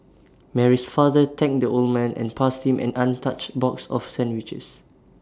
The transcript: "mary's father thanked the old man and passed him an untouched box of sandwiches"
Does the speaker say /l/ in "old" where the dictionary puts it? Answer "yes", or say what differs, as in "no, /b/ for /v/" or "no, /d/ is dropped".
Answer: yes